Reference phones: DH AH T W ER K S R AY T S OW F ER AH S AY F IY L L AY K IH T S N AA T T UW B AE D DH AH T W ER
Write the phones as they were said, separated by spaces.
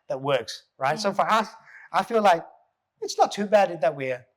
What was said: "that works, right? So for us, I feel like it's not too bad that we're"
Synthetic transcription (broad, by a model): DH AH T W ER K S R AY T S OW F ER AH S AY F IY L L AY K IH T S N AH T T UW B AE D DH AH T W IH